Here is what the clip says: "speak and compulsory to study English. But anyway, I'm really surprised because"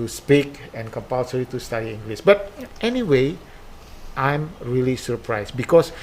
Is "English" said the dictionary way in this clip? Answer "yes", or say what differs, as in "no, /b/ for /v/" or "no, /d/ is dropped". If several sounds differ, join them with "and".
no, /s/ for /ʃ/